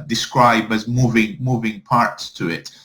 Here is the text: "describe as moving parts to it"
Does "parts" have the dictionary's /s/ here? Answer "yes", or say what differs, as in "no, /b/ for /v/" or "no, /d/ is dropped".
yes